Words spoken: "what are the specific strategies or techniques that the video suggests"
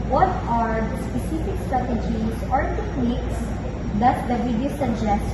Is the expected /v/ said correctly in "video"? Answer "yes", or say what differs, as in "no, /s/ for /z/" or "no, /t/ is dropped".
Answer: no, /w/ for /v/